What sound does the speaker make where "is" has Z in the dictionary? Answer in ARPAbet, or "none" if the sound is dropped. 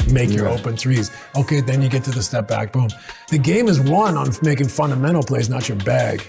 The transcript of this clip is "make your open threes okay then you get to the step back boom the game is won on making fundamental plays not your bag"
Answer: Z